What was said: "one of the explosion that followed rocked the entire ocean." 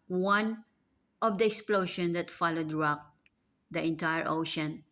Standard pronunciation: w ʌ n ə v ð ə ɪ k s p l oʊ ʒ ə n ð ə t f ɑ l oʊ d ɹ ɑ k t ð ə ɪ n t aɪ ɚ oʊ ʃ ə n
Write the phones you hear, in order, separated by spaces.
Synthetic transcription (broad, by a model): w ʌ n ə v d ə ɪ k s p l oʊ ʃ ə n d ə t f ɑ l oʊ d ɹ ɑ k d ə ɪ n t aɪ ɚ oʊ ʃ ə n